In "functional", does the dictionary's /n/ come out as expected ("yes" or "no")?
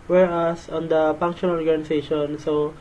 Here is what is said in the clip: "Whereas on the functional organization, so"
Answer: no